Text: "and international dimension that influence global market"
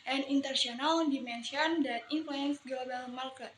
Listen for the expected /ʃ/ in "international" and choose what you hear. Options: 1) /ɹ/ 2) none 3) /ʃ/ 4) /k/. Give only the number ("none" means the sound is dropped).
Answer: 2